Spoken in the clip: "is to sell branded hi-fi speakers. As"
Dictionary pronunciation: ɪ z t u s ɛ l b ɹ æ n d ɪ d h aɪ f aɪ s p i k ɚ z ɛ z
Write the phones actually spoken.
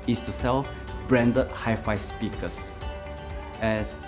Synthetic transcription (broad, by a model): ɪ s t u s ɛ l b ɹ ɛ n d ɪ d h aɪ f aɪ s p i k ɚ s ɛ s